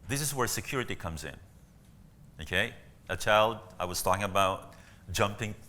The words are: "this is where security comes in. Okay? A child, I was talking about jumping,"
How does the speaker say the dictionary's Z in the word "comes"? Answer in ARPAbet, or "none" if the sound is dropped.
Z